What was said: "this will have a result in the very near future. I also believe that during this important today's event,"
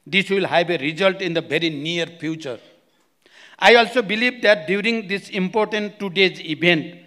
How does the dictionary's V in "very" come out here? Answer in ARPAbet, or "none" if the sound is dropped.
B